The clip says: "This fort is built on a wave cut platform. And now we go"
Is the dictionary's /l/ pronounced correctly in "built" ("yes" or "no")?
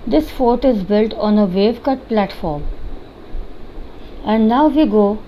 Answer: yes